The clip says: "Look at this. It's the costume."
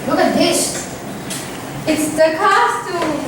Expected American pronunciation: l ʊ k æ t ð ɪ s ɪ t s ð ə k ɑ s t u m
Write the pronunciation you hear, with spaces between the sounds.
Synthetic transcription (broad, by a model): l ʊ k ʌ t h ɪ ʃ ɪ t s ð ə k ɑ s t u